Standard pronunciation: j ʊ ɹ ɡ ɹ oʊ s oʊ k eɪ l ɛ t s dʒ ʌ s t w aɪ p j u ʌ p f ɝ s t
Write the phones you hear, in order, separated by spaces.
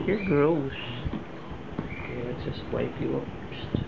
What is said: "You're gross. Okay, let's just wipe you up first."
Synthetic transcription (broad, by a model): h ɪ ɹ ɡ ɹ oʊ s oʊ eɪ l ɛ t dʒ ʌ s t w aɪ p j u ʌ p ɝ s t